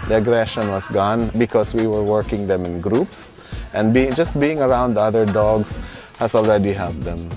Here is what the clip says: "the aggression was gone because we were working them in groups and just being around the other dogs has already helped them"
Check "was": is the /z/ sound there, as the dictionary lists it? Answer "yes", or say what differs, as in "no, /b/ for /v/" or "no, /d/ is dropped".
no, /s/ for /z/